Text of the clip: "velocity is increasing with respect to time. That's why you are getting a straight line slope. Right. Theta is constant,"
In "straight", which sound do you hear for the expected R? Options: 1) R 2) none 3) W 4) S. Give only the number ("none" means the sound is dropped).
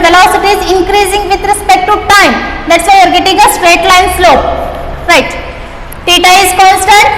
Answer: 1